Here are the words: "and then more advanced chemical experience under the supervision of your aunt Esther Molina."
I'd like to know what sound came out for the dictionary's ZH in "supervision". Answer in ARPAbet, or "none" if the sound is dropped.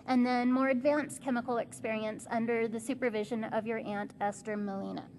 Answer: ZH